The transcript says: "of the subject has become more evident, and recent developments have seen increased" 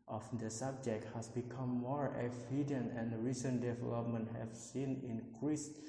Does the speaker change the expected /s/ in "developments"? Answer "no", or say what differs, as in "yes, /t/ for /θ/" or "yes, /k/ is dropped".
yes, /s/ is dropped